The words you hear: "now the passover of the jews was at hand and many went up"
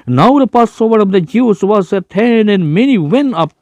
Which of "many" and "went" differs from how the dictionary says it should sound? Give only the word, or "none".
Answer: went